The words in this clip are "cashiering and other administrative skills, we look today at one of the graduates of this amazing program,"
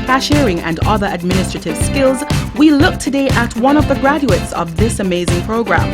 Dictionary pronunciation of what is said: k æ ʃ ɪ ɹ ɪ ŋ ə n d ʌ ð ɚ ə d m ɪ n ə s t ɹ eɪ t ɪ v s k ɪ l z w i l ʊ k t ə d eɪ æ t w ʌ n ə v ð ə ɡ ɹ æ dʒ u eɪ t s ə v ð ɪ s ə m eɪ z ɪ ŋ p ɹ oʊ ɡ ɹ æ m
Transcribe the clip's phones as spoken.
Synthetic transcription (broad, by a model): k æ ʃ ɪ ɹ ɪ ŋ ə n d ʌ ð ɚ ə d m ɪ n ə s t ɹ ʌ t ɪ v s k ɪ l z w i l ʊ k t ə d eɪ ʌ t w ʌ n ə v ð ə ɡ ɹ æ dʒ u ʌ t s ə v ð ɪ s ə m eɪ z ɪ ŋ p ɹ oʊ ɡ ɹ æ m